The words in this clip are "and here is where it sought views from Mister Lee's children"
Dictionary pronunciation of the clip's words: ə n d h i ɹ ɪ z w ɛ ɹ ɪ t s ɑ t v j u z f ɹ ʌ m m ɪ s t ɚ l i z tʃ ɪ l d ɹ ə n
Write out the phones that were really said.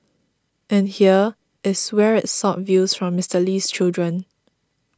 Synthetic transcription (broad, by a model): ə n h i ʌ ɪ s w ɛ ɹ ɪ t s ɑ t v j u s f ɹ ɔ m m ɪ s t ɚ l i s tʃ ɪ l d ɹ ə n